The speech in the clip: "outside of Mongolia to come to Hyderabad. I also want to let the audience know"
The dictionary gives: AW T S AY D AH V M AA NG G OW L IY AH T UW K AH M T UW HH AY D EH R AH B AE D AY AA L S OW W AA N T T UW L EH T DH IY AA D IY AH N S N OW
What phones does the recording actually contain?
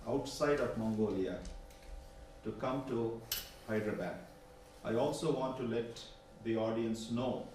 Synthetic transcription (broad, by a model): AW T S AY D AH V M AA NG G OW L IY AH T UW K AH M T UW HH AY D R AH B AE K AY AA L S OW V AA N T T UW L EH T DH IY AA D IY AH N S N OW